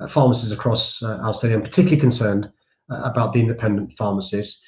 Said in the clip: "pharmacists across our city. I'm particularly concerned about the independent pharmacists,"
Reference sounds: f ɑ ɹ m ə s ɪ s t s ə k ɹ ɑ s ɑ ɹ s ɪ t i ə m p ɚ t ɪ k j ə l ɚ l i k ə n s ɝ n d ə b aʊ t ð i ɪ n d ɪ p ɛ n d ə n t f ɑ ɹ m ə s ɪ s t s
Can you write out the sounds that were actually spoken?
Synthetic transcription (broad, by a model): f ɑ m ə s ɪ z ə k ɹ ɑ s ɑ l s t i ə m p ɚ t ɪ k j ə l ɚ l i k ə n s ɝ n d ə b aʊ t ð i ɪ n d ɪ p ɛ n d ə n t f ɑ m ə s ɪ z